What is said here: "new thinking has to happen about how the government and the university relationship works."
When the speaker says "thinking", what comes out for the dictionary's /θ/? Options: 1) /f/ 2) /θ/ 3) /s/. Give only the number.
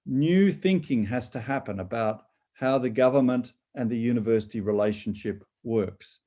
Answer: 2